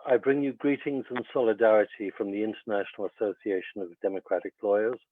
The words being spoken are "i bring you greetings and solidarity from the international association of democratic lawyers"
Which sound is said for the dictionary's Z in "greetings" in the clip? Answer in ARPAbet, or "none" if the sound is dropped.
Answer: Z